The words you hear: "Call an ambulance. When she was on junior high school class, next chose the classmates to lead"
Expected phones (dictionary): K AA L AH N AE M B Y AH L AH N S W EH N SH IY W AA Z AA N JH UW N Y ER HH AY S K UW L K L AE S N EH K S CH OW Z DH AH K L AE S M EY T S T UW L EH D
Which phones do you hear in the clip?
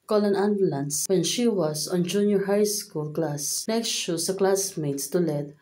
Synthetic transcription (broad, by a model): K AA L AH N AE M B L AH N S W EH N SH IY W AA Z AA N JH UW N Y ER HH AY S K UW L K L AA S N EH K S SH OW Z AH K L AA S M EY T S T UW L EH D